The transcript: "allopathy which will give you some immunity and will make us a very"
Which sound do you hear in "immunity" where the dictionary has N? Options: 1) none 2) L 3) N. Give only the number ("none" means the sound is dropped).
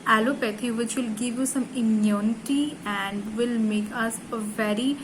3